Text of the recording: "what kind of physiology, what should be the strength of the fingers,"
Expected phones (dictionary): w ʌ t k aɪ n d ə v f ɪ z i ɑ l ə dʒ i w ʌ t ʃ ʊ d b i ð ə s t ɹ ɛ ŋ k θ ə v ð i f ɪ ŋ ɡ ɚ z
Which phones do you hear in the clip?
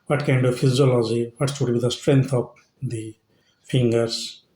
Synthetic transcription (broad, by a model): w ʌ t k aɪ n d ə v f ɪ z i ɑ l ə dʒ i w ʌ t s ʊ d b i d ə s t ɹ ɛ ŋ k t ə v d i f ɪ ŋ ɡ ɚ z